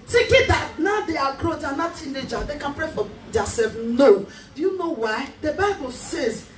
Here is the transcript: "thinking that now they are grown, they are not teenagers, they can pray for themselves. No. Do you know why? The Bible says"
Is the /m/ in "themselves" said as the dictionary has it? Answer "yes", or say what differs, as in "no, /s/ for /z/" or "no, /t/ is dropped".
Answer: no, /m/ is dropped